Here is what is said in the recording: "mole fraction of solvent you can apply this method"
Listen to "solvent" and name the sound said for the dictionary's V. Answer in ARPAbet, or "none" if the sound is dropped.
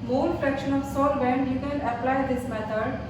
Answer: B